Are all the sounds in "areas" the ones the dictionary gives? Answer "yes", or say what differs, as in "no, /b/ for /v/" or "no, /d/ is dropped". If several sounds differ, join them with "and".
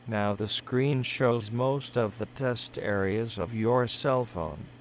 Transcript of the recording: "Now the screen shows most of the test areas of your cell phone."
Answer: yes